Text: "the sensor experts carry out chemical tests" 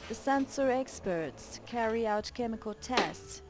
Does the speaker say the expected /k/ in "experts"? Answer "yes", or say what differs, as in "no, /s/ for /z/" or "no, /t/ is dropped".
yes